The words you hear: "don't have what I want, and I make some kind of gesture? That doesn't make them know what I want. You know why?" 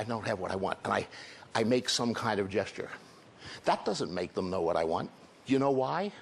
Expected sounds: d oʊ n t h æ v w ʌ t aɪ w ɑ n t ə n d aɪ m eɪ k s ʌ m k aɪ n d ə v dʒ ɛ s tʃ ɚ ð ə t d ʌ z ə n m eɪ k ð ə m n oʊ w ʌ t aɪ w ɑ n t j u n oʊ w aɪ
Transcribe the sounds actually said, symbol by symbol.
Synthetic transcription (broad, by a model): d oʊ n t h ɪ v w ʌ t aɪ w ɑ n t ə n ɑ aɪ m eɪ k s ʌ m k aɪ n d ə v dʒ ɛ s tʃ ɚ ð ə t d ʌ z ə n m eɪ k ð ə m n oʊ w ʌ t aɪ w ɑ n t j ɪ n oʊ w aɪ